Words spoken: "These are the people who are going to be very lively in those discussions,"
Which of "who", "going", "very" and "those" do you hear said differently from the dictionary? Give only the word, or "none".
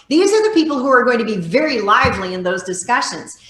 none